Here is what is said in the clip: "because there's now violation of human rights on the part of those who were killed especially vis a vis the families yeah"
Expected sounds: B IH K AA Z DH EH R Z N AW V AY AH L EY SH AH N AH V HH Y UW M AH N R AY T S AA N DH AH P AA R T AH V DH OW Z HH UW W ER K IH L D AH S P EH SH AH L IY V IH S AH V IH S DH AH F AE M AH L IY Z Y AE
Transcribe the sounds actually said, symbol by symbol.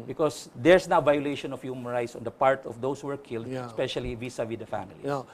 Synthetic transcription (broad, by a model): B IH K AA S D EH R S N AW V AY AH L EY SH AH N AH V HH Y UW M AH N R AY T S AA N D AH P AA R T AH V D OW S HH UW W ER K IH L D S P EH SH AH L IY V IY S AH W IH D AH F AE M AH L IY